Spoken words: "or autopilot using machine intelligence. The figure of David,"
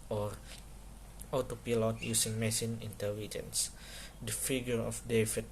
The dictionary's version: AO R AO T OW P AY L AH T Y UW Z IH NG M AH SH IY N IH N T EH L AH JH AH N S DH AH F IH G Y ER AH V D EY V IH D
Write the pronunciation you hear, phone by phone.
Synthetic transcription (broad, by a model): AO R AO T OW P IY L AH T Y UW S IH NG M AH S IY N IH N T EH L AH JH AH N S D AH F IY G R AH F D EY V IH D